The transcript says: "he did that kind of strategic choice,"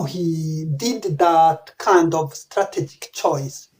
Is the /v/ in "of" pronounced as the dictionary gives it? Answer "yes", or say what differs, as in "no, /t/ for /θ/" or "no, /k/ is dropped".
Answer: yes